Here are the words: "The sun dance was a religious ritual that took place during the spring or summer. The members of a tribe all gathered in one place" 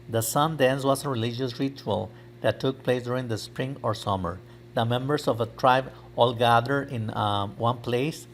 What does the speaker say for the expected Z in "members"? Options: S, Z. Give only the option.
S